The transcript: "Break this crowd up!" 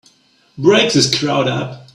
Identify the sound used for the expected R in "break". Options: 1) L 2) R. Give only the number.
2